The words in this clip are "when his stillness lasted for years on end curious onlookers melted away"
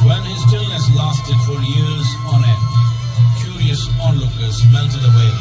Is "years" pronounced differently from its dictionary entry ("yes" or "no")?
no